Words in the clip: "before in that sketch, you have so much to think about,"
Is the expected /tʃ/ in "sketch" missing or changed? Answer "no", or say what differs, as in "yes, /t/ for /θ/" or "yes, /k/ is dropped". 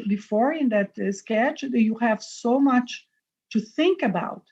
no